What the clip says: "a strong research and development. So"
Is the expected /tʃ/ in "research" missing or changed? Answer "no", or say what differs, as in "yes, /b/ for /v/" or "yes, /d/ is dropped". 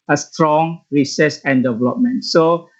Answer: yes, /s/ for /tʃ/